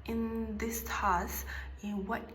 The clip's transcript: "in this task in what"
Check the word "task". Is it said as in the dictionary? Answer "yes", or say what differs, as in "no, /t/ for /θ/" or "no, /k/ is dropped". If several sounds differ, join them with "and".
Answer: no, /k/ is dropped